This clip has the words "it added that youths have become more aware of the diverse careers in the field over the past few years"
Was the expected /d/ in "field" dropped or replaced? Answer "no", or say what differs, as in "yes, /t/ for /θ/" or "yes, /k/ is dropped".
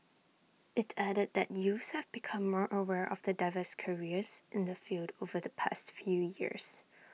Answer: no